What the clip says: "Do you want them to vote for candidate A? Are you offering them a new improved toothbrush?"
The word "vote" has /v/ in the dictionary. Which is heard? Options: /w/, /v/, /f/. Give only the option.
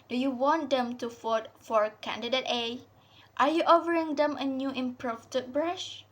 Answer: /f/